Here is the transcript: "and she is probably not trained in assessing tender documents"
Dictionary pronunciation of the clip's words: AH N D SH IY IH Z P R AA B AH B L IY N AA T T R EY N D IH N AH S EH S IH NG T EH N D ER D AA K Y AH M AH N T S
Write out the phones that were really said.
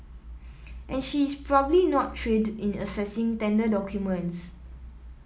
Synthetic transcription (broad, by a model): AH N SH IY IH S P R AA B AH B L IY N AA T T R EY D IH N AH S EH S IH NG T EH N D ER D AA K Y AH M AH N T S